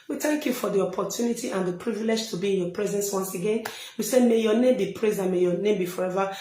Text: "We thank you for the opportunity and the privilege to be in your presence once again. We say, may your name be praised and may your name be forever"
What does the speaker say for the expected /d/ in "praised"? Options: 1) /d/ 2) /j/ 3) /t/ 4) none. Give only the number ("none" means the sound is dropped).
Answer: 4